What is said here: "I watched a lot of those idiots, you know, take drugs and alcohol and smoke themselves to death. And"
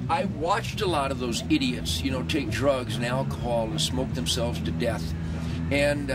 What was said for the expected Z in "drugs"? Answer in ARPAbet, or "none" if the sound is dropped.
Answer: Z